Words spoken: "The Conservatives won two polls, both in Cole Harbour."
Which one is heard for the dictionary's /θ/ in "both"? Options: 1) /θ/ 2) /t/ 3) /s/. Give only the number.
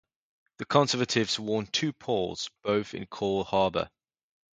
1